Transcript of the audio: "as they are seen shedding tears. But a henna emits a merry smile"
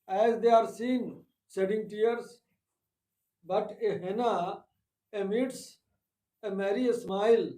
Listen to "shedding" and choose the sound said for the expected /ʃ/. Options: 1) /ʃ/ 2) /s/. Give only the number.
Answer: 2